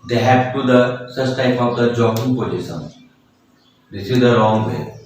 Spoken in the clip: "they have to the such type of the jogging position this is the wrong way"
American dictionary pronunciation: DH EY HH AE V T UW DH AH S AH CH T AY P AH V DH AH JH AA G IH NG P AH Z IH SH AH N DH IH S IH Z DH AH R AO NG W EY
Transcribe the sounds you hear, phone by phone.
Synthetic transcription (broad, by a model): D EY HH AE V T UW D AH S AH S T AY P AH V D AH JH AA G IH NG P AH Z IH S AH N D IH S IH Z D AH R AO NG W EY